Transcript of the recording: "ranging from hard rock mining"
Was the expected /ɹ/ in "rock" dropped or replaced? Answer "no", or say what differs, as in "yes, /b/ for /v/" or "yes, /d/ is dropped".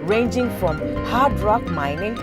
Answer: no